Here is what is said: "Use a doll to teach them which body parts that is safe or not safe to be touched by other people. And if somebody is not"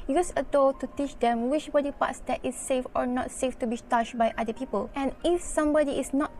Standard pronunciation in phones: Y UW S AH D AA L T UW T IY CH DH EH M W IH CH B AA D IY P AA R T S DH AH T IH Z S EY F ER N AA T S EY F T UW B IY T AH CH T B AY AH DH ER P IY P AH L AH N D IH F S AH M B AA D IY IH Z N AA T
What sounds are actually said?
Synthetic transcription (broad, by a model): Y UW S AH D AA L T UW T IY CH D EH M W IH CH B AA D IY P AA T S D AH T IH S EY F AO N AA T S EY F T UW B IY T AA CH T B AY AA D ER P IY P AH L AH N IH F S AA M B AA D IY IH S N AA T